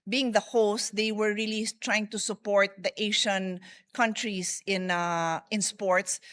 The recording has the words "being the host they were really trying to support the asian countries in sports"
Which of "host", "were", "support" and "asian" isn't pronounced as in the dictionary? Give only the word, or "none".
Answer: asian